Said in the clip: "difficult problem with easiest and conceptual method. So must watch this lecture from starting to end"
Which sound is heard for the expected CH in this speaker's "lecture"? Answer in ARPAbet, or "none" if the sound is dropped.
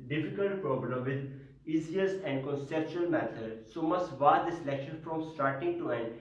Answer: SH